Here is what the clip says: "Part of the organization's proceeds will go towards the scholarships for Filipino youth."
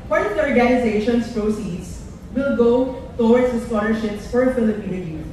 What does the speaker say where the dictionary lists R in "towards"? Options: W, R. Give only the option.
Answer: W